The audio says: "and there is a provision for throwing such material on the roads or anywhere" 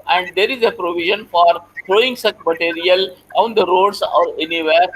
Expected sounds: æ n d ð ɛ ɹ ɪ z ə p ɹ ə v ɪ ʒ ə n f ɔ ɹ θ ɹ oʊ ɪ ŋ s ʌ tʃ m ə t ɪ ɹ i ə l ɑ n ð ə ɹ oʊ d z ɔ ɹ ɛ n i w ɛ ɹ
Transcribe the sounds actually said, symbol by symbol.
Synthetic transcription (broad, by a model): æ n d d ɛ ɹ ɪ z ə p ɹ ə v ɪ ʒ ə n f ɔ ɹ t ɹ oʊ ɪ ŋ s ʌ tʃ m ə t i ɹ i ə l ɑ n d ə ɹ oʊ d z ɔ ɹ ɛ n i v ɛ ɹ